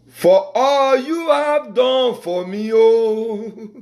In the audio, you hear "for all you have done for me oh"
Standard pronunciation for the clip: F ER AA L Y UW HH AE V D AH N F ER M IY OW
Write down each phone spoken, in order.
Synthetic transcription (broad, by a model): F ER AA L Y UW HH AE V D AH N F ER M IY OW